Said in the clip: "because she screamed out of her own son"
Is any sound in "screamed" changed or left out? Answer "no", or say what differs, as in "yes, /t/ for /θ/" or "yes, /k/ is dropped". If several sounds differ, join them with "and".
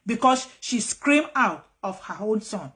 yes, /d/ is dropped